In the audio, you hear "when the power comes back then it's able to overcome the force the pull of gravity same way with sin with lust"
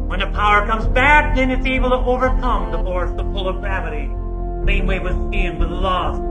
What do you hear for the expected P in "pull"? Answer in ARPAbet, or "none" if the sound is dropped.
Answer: F